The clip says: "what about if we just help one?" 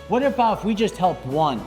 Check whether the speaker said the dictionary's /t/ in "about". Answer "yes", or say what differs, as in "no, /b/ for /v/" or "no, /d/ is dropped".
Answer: no, /t/ is dropped